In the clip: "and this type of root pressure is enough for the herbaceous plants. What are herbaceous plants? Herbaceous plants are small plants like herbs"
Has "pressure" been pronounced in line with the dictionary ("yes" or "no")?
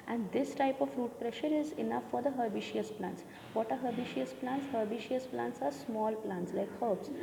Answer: yes